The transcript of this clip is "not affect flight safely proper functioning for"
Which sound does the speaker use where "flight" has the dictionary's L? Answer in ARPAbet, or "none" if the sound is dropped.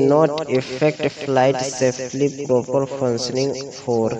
L